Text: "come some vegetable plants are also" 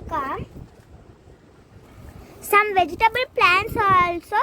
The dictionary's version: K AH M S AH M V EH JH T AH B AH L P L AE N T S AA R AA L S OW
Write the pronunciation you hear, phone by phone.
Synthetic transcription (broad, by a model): K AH S AH M V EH JH T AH B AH L P L AE N T S AA R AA L S OW